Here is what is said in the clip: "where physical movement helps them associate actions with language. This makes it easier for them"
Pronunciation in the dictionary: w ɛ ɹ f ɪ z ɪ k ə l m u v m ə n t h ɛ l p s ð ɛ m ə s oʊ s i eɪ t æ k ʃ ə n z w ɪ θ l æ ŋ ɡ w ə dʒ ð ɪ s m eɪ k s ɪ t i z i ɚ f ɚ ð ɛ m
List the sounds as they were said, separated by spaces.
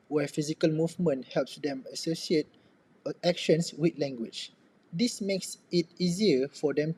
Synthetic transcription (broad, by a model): w ɛ f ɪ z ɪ k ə l m u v m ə n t h ɛ l p s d ɛ m ə s oʊ s i eɪ t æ k ʃ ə n s w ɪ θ l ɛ ŋ ɡ w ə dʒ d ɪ s m eɪ k s ɪ t i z i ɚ f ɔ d ɛ m